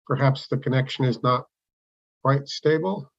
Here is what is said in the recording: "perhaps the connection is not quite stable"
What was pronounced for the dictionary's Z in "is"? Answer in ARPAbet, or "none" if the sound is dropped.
Z